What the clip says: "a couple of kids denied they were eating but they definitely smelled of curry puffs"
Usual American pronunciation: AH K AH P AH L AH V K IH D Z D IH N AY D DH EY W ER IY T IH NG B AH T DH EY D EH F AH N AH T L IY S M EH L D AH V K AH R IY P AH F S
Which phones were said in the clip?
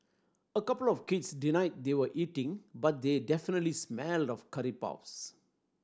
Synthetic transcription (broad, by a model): AH K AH P AH L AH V K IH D S D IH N AY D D EY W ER IY T IH NG B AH T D EY D EH F AH N AH T L IY S M EH L D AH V K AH R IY P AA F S